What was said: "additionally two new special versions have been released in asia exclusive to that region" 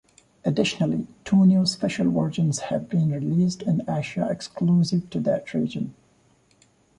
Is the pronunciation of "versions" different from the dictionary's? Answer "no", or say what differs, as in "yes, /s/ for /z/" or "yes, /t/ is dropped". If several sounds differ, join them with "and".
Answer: yes, /w/ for /v/